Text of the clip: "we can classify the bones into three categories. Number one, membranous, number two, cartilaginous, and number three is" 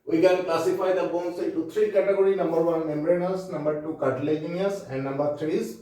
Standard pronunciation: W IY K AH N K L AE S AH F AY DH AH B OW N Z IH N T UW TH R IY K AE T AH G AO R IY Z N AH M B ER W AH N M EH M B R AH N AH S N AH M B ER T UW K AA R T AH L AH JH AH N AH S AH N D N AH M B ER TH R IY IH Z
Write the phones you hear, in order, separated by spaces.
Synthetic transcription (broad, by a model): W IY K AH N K L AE S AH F AY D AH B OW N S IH T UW T R IY K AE T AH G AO R IY N AH M B ER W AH N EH M B R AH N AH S N AH M B ER T UW K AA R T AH L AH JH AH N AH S AH N D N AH M B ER T R IY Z